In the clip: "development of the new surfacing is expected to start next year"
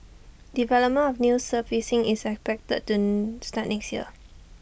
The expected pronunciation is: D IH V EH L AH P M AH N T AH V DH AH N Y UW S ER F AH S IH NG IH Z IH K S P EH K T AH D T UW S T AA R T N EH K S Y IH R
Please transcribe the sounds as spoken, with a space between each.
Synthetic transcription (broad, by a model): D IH V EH L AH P M AH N AH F N Y UW S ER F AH S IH NG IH S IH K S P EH K T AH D T UW S T AA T N EH K S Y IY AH